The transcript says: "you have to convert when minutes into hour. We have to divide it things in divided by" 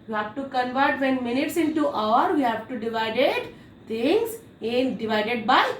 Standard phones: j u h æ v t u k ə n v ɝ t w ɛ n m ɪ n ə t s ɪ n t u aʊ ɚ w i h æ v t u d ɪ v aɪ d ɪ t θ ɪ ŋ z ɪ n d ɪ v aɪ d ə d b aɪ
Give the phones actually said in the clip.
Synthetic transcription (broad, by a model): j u h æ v t u k ə n v ɝ t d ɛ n m ɪ n ə t s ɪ n t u aʊ ɚ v i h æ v t u d ɪ v aɪ d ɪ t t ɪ ŋ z ɪ n d ɪ v aɪ d ə d b aɪ